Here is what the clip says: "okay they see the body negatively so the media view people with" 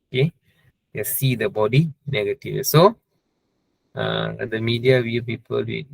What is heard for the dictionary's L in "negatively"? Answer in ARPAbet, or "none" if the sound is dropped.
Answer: none